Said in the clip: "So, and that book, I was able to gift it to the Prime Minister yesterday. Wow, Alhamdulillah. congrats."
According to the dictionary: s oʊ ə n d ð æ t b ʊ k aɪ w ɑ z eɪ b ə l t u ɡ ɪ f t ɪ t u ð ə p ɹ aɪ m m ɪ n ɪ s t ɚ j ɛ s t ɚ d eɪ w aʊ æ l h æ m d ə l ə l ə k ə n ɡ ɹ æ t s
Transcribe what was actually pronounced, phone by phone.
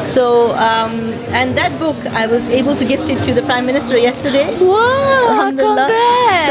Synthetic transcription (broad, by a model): s oʊ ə n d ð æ t b ʊ k aɪ w ɑ z eɪ b ə l t u ɡ ɪ f t ɪ t u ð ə p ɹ aɪ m m ɪ n ɪ s t ɚ j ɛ s t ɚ d eɪ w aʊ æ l h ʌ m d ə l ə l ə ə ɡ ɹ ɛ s